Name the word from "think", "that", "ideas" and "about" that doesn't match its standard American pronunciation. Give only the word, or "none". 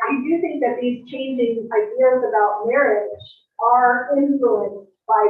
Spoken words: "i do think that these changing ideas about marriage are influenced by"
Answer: none